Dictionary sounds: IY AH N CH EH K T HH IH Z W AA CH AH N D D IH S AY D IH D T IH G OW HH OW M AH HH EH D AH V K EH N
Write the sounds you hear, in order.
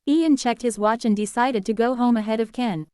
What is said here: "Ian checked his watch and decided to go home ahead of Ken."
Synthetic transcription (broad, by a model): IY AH N CH EH K T HH IH Z W AA CH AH N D D IH S AY D IH D T IH G OW HH OW M AH HH EH D AH V K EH N